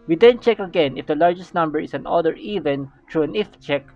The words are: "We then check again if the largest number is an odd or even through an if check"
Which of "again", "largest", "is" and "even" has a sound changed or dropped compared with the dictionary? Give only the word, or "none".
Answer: is